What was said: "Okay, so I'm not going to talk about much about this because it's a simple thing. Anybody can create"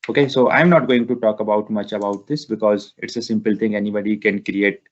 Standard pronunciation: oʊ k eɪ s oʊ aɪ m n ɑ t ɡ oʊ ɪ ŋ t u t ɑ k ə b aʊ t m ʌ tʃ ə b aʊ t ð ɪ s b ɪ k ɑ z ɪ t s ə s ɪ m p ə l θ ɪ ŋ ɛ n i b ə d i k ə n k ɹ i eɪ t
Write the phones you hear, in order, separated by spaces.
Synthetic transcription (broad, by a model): oʊ k eɪ s oʊ aɪ m n ɑ t ɡ oʊ ɪ ŋ t u t ɑ k ə b aʊ t m ʌ tʃ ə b aʊ t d ɪ s b ɪ k ɑ z ɪ t s ə s ɪ m p ə l t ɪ ŋ ɛ n i b ə d i k ə n k ɹ i eɪ t